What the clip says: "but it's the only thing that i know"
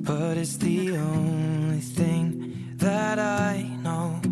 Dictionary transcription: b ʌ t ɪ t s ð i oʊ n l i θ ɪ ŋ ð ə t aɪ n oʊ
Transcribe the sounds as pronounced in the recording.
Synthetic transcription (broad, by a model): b ʌ t ɪ t s ð i oʊ n l i θ ɪ ŋ ð ə t aɪ n oʊ